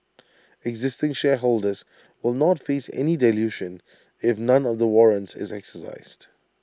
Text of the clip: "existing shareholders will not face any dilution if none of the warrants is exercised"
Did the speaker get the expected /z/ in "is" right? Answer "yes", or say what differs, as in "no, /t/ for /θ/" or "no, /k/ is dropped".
yes